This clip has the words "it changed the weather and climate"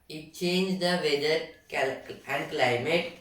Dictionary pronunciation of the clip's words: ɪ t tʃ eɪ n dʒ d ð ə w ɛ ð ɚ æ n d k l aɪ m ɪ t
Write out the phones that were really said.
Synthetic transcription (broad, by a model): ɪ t tʃ eɪ n dʒ d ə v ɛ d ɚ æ n d k l aɪ m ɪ t